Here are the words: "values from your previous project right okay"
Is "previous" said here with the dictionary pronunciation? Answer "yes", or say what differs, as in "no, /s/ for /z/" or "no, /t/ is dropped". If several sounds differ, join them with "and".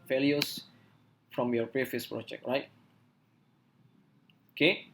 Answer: no, /f/ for /v/